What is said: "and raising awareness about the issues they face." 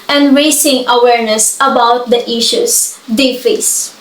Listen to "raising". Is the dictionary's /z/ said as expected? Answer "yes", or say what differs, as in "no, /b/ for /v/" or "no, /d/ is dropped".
no, /s/ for /z/